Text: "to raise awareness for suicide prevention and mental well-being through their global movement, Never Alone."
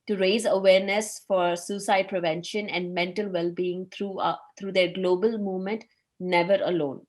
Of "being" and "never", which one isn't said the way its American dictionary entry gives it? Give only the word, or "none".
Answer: none